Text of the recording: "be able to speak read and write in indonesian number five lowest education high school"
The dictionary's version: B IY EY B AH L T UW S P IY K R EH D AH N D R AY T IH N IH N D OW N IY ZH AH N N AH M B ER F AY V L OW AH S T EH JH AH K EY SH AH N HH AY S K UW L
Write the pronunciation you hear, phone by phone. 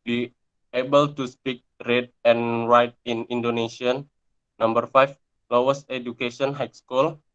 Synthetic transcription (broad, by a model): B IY EY B AH L T UW S P IY K R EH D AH N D R AY T IH N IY N D OW N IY S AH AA N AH M B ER F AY F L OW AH S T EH JH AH K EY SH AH N HH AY S K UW L